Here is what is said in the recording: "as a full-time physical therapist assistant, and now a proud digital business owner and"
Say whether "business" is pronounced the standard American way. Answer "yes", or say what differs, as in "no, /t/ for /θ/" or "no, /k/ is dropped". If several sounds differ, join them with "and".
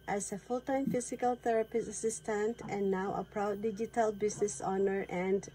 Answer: no, /s/ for /z/